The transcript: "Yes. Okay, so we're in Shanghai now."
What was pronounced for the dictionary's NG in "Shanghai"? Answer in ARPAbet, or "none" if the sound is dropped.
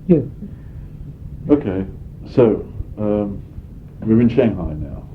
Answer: NG